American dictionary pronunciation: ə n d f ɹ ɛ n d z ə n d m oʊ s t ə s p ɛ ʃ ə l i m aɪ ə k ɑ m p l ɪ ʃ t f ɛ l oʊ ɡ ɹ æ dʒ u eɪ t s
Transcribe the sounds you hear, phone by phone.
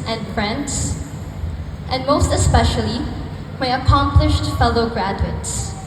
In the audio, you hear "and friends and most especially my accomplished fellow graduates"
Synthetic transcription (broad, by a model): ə n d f ɹ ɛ n d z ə n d m oʊ s t ə s p ɛ ʃ ə l i m aɪ ə k ɑ m p l ɪ ʃ t f ɛ l oʊ ɡ ɹ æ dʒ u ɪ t s